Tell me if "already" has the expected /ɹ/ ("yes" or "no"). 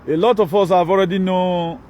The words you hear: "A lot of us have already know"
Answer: yes